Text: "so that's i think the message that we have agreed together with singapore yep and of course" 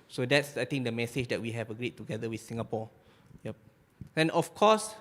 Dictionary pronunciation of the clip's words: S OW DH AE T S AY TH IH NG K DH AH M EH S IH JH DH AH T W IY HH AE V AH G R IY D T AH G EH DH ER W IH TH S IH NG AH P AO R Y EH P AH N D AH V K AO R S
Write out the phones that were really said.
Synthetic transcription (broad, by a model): S OW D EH T S AY T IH NG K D AH M EH S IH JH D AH T W IY HH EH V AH G R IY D T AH G EH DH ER W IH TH S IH NG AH P AO Y EH P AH N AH F K AO S